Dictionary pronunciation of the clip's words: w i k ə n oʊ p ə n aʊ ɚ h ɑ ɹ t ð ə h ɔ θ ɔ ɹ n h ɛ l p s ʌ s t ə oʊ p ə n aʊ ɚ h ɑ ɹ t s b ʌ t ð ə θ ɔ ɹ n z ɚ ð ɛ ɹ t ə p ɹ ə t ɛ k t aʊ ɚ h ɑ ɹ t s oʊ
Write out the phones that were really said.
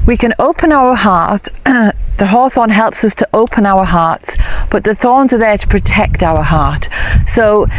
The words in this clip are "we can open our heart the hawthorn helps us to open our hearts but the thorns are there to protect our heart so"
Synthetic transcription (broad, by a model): w i k ə n oʊ p ə n aʊ ɚ h ɑ ɹ t ð ə h ɔ θ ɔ n h ɛ l p s ʌ s t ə oʊ p ə n aʊ ɚ h ɑ ɹ t s b ʌ t ð ə θ ɔ ɹ n z ɚ ð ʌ ɹ t ə p ɹ ə t ɛ k t aʊ ɚ h ɑ ɹ t s oʊ